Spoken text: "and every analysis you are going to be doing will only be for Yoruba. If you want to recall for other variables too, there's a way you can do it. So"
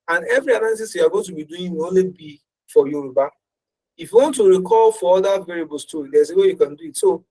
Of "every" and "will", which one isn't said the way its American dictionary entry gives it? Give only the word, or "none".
will